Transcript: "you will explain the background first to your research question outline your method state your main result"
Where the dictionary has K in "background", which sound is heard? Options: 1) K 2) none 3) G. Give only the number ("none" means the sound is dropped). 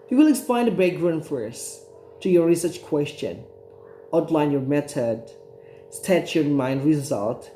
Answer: 2